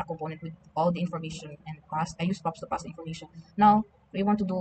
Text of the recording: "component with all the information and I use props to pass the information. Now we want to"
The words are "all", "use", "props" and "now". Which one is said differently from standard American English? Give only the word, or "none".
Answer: props